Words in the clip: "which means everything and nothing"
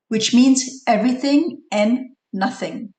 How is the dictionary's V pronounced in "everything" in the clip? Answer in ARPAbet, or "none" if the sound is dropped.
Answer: V